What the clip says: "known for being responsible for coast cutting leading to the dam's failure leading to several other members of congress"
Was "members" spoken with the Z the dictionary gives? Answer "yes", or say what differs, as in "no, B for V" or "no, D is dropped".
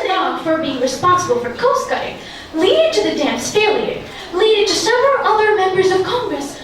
yes